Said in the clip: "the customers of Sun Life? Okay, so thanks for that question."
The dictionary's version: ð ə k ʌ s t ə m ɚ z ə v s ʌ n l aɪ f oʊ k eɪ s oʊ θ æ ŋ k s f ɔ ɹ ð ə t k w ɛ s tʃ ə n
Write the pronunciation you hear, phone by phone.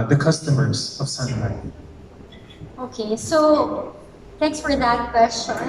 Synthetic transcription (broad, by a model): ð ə k ʌ s t ə m ɚ z ə v s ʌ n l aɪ oʊ k eɪ s oʊ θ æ ŋ k s f ɔ ɹ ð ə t k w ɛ s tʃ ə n